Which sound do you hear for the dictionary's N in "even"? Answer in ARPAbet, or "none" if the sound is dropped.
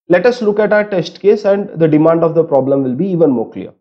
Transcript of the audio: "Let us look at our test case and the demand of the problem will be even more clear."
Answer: N